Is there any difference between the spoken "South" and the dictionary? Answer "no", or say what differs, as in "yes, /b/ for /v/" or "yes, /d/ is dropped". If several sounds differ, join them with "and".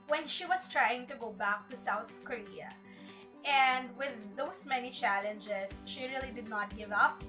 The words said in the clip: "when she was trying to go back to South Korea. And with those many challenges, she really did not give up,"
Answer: no